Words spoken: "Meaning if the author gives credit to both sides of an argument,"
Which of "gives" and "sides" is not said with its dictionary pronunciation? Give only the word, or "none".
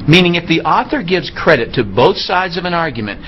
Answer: none